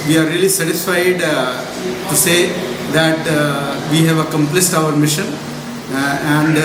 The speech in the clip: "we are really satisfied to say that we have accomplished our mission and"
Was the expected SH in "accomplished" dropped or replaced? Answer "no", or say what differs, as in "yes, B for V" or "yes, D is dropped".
yes, S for SH